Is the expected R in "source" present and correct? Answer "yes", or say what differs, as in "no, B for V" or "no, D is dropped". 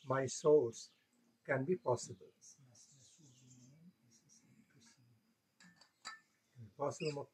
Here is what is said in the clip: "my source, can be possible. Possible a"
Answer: no, L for R